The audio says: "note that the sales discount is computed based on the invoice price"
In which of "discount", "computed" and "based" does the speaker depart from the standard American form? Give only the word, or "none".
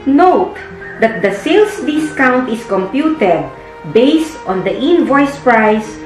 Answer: none